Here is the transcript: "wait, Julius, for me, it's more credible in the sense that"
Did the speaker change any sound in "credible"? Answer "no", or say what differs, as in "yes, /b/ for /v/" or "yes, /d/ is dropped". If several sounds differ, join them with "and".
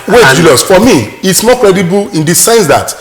no